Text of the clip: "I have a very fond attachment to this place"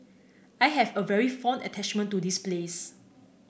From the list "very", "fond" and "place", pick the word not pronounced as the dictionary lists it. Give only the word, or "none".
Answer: fond